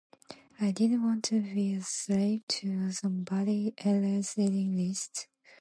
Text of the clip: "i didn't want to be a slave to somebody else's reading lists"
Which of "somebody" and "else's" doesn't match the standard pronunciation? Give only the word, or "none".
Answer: else's